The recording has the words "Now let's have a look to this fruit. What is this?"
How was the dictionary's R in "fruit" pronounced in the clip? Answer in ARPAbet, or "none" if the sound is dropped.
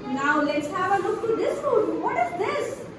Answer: none